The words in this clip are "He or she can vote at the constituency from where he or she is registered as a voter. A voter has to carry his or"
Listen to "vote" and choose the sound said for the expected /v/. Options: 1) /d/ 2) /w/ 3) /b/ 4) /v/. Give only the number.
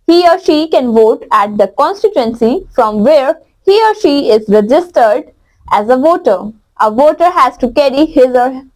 4